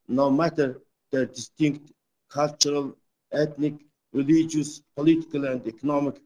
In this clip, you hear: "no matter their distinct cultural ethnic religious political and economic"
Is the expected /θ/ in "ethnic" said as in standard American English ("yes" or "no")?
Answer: no